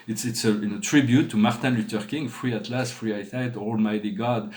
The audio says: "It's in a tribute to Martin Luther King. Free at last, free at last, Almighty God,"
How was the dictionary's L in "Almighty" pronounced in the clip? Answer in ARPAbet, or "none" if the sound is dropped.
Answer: L